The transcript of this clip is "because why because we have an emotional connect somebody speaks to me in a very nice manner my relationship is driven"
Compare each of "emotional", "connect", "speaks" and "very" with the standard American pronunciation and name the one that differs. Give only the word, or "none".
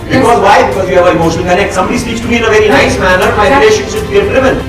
emotional